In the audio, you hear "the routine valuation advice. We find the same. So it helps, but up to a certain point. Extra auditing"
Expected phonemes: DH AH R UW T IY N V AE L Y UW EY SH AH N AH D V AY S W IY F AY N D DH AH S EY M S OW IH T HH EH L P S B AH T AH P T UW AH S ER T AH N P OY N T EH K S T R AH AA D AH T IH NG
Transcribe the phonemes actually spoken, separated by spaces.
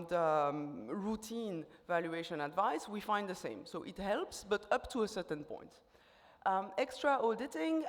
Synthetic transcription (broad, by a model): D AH R UW T IY N V AE L Y UW EY SH AH N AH D V AY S W IY F AY N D DH AH S EY M S OW IH T HH EH L P S B AH T AH P T UW AH S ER T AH N P OY N T EH K S T R AH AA D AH T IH NG